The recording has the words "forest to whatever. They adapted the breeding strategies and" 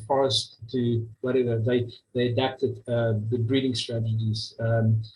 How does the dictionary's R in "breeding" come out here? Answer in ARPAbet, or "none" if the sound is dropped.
R